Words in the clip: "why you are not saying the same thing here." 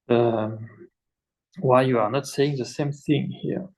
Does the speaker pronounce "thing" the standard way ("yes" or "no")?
yes